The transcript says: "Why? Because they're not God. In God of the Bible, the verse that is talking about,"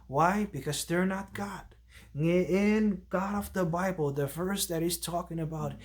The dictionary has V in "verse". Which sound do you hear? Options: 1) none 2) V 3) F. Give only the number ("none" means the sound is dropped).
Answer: 3